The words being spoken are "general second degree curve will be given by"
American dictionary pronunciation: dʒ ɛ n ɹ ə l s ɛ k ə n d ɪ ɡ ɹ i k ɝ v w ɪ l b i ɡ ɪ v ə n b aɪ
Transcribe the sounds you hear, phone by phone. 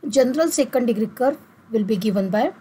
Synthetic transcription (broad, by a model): dʒ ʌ n ɹ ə l s ɛ k ə n d ɪ ɡ ɹ i k ɝ v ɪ l b i ɡ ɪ v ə n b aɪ